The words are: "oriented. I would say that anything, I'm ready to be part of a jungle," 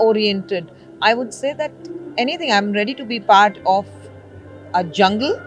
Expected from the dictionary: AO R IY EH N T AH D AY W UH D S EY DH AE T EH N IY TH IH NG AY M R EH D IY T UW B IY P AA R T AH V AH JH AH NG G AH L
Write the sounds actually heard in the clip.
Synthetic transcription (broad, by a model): AO R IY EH N T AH D AY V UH D S EY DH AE T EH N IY T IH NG AY M R EH D IY T UW B IY P AA R T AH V AH JH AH NG G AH L